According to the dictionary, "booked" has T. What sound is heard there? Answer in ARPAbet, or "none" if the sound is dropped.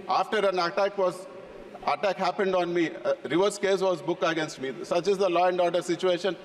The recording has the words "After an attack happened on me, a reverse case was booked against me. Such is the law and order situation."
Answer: none